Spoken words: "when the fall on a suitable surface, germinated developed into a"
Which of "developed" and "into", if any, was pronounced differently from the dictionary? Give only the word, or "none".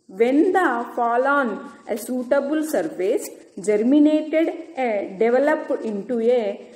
developed